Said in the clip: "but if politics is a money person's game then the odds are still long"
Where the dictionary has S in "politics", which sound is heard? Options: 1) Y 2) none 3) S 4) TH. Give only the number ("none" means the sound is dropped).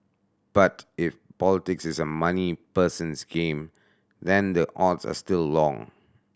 3